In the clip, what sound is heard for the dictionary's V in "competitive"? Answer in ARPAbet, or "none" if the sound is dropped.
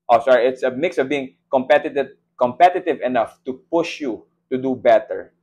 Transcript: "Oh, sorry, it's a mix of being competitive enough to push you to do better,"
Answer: V